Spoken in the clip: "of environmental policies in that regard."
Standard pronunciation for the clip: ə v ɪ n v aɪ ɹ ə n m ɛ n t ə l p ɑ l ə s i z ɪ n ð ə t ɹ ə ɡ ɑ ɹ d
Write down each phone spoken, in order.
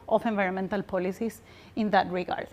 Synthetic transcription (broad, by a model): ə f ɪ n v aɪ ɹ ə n m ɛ n t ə l p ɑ l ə s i s ɪ n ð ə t ɹ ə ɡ ɑ ɹ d